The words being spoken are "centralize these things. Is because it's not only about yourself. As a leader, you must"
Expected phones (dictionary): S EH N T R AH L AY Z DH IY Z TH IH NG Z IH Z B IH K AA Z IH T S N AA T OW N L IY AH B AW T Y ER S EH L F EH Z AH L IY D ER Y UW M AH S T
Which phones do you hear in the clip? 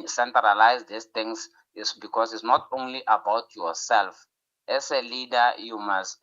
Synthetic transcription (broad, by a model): S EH N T R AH L AY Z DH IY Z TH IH NG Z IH S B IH K AA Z IH T S N AA T OW N L IY AH B AW T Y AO S EH L F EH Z AH L IY D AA Y UW M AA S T